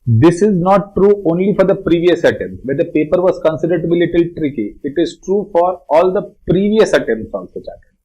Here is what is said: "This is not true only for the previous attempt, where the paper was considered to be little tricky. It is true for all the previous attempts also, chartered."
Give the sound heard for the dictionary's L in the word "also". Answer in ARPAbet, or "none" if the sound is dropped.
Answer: none